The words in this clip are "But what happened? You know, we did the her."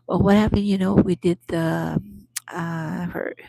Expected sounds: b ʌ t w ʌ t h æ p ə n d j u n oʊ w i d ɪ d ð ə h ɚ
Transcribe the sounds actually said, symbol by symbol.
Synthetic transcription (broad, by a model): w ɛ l w ʌ t h æ p ə n d j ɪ n oʊ w i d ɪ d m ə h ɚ